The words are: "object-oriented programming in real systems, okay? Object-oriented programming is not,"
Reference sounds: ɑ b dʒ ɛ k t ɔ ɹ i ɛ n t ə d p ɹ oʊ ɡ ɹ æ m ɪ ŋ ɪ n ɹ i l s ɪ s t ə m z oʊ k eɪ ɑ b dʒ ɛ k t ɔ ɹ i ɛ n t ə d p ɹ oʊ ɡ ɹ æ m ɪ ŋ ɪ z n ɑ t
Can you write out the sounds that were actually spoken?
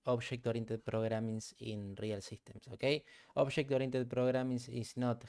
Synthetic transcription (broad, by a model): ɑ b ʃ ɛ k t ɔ ɹ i n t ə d p ɹ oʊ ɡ ɹ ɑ m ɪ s ɪ n ɹ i l s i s t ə m s oʊ k eɪ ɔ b ʃ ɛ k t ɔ ɹ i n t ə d p ɹ oʊ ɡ ɹ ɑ m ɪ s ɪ s n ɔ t